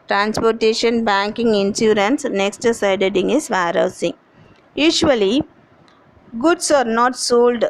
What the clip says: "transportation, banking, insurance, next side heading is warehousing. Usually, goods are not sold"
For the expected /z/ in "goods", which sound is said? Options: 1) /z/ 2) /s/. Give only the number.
2